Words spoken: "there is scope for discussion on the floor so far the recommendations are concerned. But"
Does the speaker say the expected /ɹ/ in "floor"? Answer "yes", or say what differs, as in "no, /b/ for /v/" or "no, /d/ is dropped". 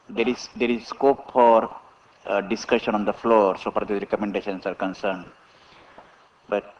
yes